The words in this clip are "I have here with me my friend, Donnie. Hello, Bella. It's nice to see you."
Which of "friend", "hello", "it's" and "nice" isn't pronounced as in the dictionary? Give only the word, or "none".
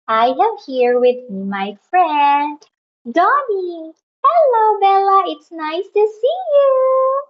none